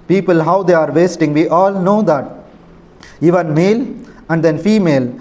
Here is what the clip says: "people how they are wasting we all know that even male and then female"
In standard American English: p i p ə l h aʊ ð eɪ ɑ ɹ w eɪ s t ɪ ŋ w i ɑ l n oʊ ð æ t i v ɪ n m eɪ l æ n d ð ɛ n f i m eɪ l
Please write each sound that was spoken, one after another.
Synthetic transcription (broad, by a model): p i p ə l h aʊ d eɪ ɑ ɹ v eɪ s t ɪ ŋ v i ɑ l n oʊ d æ t i v ɪ n m eɪ l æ n d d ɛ n f i m eɪ l